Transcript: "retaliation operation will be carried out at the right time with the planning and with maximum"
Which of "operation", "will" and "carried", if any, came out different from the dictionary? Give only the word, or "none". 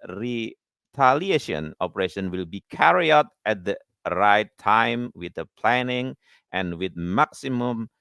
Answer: carried